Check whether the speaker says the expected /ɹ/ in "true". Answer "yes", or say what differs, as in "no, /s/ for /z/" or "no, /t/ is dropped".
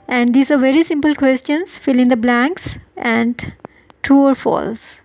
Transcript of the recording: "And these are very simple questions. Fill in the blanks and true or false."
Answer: no, /ɹ/ is dropped